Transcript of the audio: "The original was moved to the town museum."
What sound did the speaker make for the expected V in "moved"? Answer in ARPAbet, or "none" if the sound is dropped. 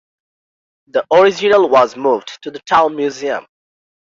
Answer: V